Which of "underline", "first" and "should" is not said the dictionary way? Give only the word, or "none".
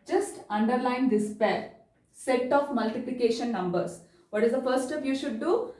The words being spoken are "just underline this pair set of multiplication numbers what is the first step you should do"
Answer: first